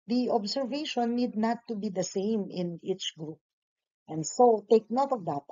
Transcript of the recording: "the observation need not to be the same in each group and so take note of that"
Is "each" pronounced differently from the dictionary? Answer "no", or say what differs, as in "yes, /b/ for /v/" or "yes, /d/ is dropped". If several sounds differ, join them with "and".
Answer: no